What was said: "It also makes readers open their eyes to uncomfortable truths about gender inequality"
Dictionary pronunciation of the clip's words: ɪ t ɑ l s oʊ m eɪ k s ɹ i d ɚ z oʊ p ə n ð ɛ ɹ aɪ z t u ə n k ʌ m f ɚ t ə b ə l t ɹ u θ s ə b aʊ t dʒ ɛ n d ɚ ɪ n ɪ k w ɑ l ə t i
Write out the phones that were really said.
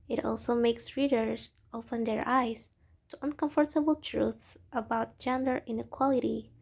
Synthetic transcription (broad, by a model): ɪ t ɑ l s oʊ m eɪ k s ɹ i d ɚ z oʊ p ə n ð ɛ ɹ aɪ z t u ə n k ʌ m f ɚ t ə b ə l t ɹ u θ s ə b aʊ t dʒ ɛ n d ɚ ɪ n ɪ k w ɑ l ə t i